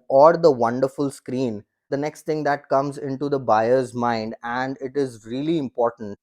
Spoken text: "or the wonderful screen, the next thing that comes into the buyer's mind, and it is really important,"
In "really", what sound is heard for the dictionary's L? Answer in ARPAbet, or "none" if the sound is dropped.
L